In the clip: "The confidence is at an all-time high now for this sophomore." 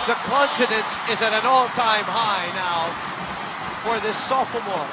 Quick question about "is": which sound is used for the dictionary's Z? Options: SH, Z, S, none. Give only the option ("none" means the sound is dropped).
Z